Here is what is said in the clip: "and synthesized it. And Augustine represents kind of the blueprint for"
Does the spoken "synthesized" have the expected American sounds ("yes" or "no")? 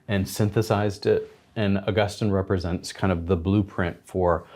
yes